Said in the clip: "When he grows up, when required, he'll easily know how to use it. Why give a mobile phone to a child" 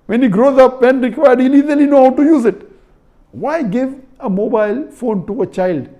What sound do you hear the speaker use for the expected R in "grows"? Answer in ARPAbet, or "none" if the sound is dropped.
R